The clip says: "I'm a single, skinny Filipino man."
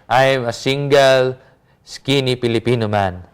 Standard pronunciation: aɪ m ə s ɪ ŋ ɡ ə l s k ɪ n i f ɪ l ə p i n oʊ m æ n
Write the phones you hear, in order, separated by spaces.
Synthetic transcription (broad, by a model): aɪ m ə s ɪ ŋ ɡ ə l s k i n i p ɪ l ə p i n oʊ m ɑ n